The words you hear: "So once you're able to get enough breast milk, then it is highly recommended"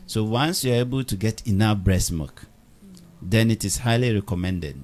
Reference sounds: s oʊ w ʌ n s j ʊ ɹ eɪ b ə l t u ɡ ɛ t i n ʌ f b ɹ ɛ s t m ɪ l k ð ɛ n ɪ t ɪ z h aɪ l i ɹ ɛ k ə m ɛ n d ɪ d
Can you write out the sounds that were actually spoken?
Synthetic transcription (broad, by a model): s oʊ w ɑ n s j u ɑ eɪ b ə l t u ɡ ɛ t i n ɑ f b ɹ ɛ s m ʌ k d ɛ n ɪ t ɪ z h aɪ l i ɹ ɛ k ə m ɛ n d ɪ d